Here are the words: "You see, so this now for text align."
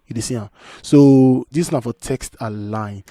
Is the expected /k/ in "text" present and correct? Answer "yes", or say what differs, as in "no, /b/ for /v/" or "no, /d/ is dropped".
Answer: yes